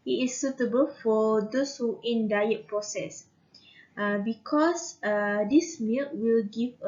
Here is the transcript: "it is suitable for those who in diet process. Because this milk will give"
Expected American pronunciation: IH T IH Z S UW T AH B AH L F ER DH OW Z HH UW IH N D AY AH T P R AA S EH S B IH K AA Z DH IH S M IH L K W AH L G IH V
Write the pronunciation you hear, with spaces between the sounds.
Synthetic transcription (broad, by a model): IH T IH S UW T AH B AH L F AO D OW S HH UW IH N D AY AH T P R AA S EH S B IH K AA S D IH S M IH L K W AH L G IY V